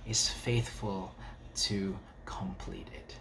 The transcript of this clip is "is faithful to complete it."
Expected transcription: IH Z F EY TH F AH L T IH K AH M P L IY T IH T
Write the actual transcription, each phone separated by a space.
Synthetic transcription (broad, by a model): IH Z F EY TH F AH L T IH K AH M P L IY T IH T